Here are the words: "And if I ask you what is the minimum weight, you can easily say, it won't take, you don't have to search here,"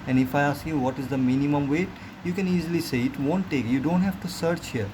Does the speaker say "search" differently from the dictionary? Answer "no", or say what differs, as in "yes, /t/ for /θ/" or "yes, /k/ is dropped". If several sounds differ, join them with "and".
no